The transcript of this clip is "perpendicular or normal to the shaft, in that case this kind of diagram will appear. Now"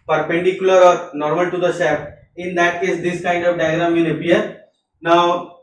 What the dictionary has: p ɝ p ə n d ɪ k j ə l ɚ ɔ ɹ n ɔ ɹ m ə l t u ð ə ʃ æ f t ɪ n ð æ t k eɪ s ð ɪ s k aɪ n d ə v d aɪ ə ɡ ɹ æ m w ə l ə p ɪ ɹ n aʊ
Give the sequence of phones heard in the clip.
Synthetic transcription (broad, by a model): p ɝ p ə n d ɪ k j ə l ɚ ɔ ɹ n ɔ ɹ m ə l t u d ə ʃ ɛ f ɪ n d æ t k eɪ s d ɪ s k aɪ n d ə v d aɪ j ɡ ɹ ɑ m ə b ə ʌ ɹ n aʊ